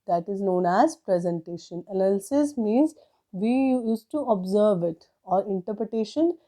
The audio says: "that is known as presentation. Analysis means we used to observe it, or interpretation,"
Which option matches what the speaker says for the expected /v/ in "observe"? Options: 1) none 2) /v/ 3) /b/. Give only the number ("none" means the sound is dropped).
2